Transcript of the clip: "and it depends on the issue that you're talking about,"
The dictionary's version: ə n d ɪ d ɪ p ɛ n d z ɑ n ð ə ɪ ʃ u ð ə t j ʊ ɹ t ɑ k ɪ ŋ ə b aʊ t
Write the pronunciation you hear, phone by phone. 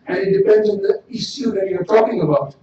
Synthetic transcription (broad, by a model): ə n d ɪ d ɪ p ɛ n d z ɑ n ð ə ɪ s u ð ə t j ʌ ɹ t ɑ k ɪ ŋ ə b aʊ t